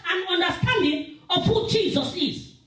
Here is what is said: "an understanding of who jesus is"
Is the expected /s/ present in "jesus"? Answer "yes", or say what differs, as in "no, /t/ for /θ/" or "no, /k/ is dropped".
yes